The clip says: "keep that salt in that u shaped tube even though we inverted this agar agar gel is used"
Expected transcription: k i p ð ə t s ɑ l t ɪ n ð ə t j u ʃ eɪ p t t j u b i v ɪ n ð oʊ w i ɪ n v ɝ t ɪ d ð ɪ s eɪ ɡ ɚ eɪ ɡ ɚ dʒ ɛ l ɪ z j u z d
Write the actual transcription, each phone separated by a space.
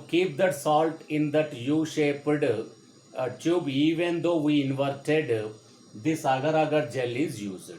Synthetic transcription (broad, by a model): k i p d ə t s ɑ l t ɪ n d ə t j u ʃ eɪ p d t j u b i v ɪ n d oʊ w i ɪ n v ɝ t ɪ d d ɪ s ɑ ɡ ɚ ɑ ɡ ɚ dʒ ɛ l ɪ z j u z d